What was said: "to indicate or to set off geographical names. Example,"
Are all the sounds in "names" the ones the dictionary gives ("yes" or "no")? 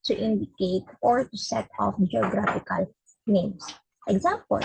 no